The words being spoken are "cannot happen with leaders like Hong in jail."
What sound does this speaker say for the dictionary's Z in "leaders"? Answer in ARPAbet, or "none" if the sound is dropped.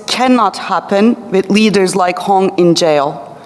Z